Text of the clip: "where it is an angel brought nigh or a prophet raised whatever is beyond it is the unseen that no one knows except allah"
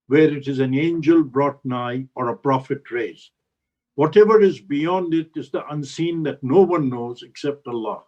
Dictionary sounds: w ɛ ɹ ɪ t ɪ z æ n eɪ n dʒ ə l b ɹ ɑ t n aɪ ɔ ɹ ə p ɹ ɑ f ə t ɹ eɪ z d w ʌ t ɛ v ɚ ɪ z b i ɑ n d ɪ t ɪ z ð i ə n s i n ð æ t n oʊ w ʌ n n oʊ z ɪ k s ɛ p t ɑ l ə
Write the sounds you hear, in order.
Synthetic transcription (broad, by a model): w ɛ ɹ ɪ t ɪ z æ n eɪ n dʒ ə l b ɹ ɑ t n aɪ ɔ ɹ ə p ɹ ɑ f ə t ɹ eɪ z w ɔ t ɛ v ɚ ɪ z b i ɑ n d ɪ t ɪ z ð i ə n s i n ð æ t n oʊ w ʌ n n oʊ z ɪ k s ɛ p t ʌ l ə